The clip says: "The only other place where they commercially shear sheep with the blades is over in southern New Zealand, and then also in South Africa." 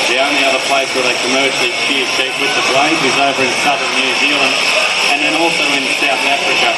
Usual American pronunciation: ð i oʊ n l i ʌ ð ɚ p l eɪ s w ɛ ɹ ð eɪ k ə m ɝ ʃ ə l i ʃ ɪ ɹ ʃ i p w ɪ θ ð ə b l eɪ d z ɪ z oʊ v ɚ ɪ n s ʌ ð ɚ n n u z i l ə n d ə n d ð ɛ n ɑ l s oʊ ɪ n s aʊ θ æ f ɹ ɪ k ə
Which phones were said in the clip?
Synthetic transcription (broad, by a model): ð i oʊ n l i ʌ ð ɚ p l eɪ s w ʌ ɹ ð eɪ k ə m ɝ ʃ l i s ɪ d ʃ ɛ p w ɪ ð ə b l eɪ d ɪ z oʊ v ɚ ɪ n s ʌ ð ɚ n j u z i l ə n d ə n ð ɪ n ɑ l s oʊ ɪ n s aʊ θ æ f ɹ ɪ k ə